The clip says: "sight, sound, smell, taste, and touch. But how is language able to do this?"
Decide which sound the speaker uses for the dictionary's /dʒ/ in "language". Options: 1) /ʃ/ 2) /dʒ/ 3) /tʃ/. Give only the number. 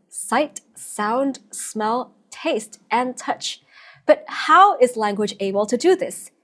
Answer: 2